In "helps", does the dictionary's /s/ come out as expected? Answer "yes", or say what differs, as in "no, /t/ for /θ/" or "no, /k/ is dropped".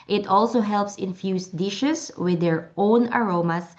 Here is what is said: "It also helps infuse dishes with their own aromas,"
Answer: yes